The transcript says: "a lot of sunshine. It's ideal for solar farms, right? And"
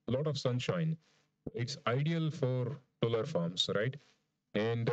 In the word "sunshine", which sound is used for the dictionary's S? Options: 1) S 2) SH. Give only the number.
1